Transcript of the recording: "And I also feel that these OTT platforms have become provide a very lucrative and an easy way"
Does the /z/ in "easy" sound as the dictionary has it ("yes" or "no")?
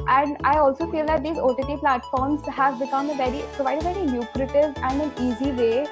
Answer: yes